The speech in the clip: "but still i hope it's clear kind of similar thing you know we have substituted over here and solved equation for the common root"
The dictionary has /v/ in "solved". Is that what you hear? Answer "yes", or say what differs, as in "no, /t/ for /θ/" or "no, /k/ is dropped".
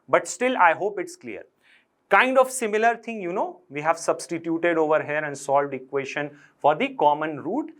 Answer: yes